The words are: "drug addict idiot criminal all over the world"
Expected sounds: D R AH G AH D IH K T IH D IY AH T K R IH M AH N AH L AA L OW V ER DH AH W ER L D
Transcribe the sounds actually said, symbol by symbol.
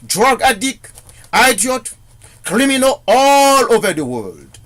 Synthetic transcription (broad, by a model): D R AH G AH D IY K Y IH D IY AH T K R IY M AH N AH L AA L OW V ER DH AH W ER L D